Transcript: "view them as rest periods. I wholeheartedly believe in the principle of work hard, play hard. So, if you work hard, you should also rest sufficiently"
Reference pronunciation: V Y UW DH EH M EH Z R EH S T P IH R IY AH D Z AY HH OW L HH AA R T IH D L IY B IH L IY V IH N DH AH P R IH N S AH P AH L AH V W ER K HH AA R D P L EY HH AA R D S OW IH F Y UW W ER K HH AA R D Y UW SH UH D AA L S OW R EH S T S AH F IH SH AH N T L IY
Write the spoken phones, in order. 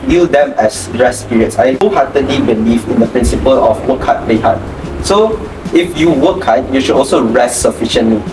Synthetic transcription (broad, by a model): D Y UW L EH M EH S R EH S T P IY R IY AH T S AY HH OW HH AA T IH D L IY B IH L IY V IH N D AH P R IH N S AH P AH L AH F W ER K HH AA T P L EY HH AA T S OW IH F Y UW W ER K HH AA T Y UW SH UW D AA L S OW R EH S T S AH F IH SH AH N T L IY